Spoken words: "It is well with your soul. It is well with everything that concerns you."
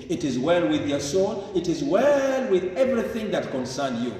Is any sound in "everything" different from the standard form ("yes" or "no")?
no